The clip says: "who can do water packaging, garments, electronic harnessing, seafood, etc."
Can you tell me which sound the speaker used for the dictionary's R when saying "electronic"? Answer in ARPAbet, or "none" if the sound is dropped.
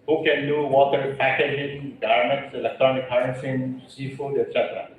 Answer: none